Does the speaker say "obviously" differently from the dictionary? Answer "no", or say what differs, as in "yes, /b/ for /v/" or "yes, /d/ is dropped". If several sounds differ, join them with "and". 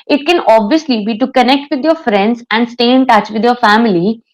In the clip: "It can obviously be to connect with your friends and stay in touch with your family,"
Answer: no